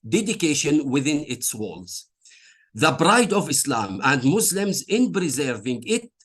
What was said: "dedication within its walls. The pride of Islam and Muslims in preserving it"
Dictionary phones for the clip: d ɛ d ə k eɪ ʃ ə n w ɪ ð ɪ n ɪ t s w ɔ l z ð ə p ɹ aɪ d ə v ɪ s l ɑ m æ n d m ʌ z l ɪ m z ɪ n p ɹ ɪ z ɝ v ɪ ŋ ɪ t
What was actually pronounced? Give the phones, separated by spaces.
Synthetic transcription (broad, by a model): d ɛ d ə k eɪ ʃ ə n w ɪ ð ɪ n ɪ t s w ɔ l z ð ə b ɹ aɪ d ə v ɪ s l ɑ m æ n d m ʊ s l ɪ m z ɪ n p ɹ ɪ z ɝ v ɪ ŋ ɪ t